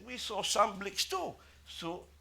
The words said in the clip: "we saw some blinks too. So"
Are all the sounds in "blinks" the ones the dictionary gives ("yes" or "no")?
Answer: no